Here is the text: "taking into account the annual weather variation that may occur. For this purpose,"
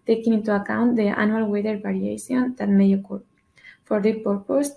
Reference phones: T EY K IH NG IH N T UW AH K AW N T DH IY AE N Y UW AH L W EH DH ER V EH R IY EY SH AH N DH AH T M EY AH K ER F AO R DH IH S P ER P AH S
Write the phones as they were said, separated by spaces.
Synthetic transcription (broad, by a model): T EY K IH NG IH N T UW AH K AW N T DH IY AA N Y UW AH L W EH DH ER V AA R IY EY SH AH N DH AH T M EY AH K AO F AO R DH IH P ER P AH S